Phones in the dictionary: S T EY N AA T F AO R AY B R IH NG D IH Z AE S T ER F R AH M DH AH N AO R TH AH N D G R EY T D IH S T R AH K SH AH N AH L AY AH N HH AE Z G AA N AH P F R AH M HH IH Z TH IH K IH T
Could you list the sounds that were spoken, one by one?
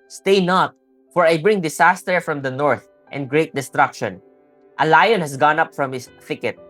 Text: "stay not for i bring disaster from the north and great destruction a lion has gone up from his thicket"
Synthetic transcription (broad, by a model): S T EY N AA T F AO R AY B R IH NG D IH S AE S T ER F R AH M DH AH N AO R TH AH N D G R EY T D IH S T R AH K SH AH N AH L AY AH N HH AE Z G AA N AH P F R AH M HH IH S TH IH K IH T